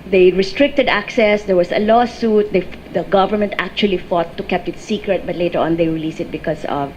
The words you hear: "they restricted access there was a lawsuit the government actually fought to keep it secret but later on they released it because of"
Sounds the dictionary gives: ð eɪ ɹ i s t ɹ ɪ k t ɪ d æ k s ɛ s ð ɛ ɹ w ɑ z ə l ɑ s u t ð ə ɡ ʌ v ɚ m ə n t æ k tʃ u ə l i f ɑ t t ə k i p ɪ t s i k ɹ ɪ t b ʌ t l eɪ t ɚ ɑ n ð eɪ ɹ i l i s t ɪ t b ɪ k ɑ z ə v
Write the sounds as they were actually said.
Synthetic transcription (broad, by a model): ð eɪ ɹ i s t ɹ ɪ k t ɪ d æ k s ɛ s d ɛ ɹ w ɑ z ə l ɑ s u t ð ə ɡ ʌ v ɚ m ə n t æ k tʃ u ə l i f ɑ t t ə k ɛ p ɪ t s i k ɹ ɪ t b ʌ t l eɪ t ɚ ɑ n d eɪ ɹ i l i s ɪ t b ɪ k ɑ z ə v